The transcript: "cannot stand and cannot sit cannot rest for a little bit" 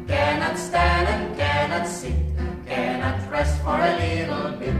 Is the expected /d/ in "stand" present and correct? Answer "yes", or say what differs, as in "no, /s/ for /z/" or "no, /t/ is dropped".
yes